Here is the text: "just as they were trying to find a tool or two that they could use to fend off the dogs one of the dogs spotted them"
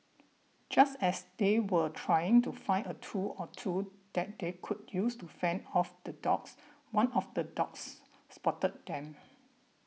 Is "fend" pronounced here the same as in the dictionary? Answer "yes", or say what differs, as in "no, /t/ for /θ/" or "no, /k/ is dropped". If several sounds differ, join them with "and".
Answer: yes